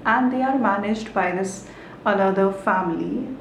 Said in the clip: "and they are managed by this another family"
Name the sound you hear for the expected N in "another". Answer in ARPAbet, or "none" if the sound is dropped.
L